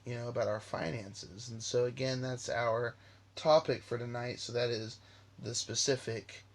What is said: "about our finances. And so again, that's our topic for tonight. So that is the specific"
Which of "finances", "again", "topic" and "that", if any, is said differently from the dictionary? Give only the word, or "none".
none